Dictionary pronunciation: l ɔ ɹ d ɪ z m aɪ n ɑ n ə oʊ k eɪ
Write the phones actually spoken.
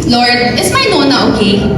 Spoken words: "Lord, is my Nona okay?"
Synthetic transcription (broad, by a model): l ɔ ɹ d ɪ s m aɪ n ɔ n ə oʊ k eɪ